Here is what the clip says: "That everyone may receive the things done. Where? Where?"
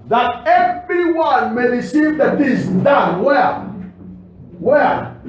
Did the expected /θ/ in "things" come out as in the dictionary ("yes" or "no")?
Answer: no